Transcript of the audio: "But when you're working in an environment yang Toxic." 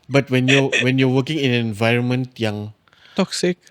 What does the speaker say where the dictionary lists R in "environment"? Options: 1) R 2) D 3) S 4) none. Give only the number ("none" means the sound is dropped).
1